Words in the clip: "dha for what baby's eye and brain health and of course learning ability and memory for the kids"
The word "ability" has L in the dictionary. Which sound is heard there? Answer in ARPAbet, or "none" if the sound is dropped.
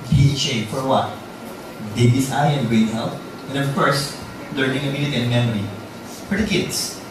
N